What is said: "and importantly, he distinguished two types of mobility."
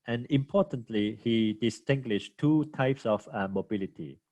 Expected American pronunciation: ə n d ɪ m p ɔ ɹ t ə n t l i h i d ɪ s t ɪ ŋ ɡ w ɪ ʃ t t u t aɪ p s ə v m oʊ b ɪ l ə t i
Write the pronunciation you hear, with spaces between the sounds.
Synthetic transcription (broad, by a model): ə n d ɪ m p ɔ t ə n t l i h i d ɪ s t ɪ ŋ ɡ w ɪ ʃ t t u t aɪ p s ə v m oʊ b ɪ l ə t i